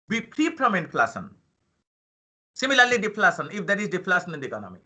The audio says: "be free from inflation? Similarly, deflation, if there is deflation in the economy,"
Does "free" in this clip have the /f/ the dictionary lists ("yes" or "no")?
no